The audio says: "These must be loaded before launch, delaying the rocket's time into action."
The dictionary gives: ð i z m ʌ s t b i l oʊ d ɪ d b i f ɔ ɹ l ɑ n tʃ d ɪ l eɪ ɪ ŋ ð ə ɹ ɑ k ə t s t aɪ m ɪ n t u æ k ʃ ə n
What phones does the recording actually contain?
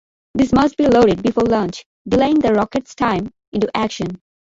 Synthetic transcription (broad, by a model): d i s m ʌ s t b i l oʊ d ɪ d b i f ɔ ɹ l ɑ n tʃ d ɪ l eɪ ɪ ŋ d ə ɹ ɑ k ə t s t aɪ m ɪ n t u æ k ʃ ə n